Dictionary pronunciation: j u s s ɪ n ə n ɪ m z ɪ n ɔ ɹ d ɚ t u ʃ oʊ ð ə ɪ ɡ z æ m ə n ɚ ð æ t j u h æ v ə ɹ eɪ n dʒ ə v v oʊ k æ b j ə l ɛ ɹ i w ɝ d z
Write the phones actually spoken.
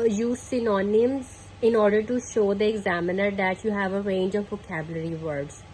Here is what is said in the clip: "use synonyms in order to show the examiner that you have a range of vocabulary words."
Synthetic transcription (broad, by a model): j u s s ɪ n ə n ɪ m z ɪ n ɔ ɹ d ɚ t u ʃ oʊ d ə ɪ ɡ z æ m ə n ɚ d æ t j u h æ v ə ɹ eɪ n dʒ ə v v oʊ k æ b j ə l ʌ ɹ i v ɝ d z